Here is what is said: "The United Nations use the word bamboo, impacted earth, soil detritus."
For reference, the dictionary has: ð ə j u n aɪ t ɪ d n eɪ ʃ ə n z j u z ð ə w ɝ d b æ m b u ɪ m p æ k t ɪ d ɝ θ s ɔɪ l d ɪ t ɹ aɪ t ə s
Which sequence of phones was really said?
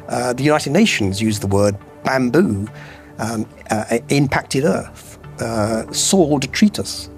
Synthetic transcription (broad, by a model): ð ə j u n aɪ t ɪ d n eɪ ʃ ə n z j u z ð ə w ɝ d b æ m b u ɪ m p æ k t ɪ d ɝ θ s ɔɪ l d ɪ t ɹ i t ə s